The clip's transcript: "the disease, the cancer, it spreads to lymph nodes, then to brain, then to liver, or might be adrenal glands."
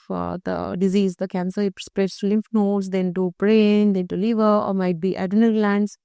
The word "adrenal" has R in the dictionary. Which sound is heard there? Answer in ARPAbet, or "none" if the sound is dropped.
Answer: none